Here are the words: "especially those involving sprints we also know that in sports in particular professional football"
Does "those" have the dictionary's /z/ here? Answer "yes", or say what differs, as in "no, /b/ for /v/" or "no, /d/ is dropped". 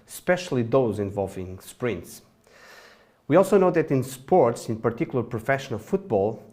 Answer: yes